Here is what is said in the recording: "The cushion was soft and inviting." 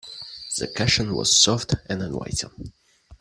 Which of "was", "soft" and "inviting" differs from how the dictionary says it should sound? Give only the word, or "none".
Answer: inviting